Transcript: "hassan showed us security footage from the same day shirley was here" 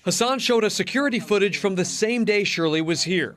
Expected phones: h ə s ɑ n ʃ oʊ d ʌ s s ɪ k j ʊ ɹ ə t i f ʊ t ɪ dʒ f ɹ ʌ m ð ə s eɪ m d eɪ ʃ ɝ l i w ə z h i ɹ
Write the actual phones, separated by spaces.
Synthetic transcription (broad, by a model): h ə s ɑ n ʃ oʊ d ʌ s s ɪ k j ʊ ɹ ə t i f ʊ t ɪ dʒ f ɹ ʌ m ð ə s eɪ m d eɪ ʃ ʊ l i w ə z h i ɹ